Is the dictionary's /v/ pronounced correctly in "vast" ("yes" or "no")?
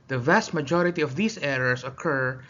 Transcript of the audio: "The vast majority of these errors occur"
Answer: yes